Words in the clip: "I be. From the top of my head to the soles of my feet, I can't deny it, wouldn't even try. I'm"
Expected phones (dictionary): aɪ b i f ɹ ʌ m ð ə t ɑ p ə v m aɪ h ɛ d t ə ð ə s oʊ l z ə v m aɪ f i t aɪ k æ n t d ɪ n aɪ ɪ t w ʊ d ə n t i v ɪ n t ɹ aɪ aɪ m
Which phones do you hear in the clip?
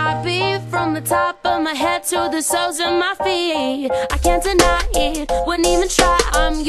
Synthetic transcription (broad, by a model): aɪ b i f ɹ ʌ m ð ə t ɑ p ə v m aɪ h ɛ d t ə ð ə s oʊ z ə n m aɪ f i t aɪ k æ n d ɪ n aɪ ɪ t w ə n i v ɪ n t ɹ aɪ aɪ m